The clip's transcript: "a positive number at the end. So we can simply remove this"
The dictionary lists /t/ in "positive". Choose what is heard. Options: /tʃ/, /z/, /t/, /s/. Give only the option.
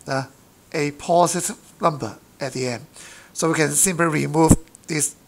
/s/